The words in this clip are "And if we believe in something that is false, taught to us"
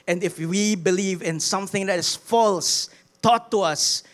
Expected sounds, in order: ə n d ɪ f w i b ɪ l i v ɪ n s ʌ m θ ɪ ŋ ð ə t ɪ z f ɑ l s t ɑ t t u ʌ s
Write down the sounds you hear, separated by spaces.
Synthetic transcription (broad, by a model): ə n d ɪ f w i b ɪ l i v ɪ n s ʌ m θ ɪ ŋ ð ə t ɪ s f ɑ l s t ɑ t t u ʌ s